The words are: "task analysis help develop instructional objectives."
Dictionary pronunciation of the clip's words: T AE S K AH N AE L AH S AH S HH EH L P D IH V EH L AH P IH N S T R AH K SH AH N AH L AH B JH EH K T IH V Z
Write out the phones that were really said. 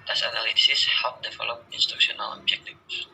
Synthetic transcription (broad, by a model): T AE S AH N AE L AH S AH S HH EH L P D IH F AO L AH IH N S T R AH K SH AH N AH L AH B JH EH K T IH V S